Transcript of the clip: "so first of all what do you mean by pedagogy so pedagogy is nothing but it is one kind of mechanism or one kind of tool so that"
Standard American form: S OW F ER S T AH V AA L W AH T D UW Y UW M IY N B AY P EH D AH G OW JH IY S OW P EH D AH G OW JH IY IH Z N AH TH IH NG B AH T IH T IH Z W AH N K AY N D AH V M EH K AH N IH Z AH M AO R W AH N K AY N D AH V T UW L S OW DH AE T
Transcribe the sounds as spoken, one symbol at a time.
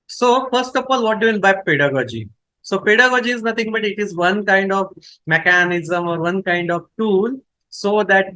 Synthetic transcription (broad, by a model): S OW F ER S T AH F AA L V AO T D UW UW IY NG B AY P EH D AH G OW JH IY S OW P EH D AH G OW JH IY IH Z N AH T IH NG B AH T IH T IH Z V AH N K AY N D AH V M EH K AH N IH Z AH M AO R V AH N K AY N D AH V T UW L S OW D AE T